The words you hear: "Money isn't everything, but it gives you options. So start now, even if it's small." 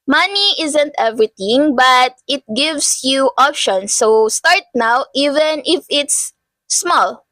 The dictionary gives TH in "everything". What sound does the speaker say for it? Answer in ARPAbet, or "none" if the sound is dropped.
T